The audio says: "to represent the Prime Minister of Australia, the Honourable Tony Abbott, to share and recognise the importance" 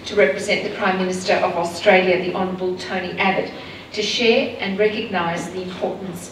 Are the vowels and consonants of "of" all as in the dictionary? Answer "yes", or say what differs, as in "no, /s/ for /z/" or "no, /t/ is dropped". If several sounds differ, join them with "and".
yes